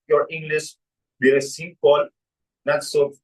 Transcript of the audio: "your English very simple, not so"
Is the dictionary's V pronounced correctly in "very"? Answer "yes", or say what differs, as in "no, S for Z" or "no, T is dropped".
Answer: no, B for V